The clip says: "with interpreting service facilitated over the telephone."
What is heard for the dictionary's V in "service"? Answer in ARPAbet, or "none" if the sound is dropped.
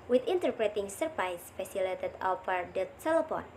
P